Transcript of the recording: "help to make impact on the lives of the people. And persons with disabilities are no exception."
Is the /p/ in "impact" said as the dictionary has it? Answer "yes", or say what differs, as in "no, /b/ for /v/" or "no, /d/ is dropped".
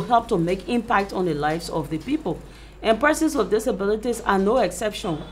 yes